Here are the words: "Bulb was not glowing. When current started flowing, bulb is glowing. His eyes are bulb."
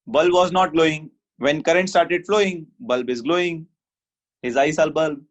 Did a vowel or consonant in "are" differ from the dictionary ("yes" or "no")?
yes